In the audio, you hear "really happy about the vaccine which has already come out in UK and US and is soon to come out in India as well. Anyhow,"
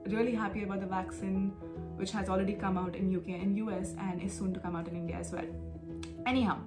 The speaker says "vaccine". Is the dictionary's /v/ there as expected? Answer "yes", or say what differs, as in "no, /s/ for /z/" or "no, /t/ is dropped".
yes